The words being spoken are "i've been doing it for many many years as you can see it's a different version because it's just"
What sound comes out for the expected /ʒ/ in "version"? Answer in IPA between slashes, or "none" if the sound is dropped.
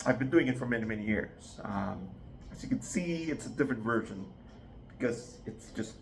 /ʒ/